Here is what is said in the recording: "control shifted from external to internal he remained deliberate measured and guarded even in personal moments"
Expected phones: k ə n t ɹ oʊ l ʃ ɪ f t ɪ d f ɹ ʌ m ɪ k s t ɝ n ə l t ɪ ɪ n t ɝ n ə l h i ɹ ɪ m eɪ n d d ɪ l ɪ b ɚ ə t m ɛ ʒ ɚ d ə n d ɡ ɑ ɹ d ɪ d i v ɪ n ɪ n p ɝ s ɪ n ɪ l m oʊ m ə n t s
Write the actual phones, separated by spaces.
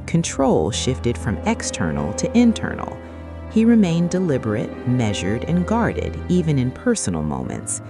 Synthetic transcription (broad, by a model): k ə n t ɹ oʊ l ʃ ɪ f t ɪ d f ɹ ʌ m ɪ k s t ɝ n l t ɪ ɪ n t ɝ n l h i ɹ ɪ m eɪ n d d ɪ l ɪ b ɚ ə t m ɛ ʒ ɚ d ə n ɡ ɑ ɹ d ɪ d i v ɪ n ɪ n p ɝ s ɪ n l m oʊ m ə n t s